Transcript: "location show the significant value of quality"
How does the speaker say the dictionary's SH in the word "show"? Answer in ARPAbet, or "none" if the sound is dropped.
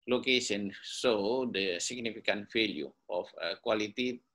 S